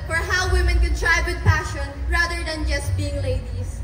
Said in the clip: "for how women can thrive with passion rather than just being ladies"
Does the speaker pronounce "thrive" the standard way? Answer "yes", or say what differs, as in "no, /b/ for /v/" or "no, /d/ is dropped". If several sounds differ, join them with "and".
no, /t/ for /θ/